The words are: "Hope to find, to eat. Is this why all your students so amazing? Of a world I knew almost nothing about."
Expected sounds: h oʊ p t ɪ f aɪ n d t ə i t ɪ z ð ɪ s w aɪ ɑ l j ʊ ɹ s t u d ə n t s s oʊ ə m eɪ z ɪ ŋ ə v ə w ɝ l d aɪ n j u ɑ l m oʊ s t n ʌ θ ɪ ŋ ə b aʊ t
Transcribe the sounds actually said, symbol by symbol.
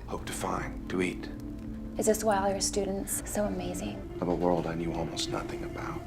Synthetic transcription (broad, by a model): h oʊ p t ɪ f aɪ n t ə i t ɪ z ð ɪ s w aɪ l j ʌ ɹ s t u d n t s s oʊ ə m eɪ z ɪ ŋ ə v ə w ɝ l d aɪ n j u ɑ l m oʊ s t n ʌ θ ɪ ŋ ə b aʊ t